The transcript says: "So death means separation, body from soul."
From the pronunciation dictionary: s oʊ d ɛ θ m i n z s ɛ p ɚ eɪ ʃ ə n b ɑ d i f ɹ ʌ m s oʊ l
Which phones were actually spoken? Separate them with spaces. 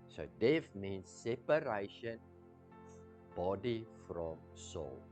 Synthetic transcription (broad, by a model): s oʊ d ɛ f m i n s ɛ p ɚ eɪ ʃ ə n b ɑ d i f ɹ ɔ m s oʊ l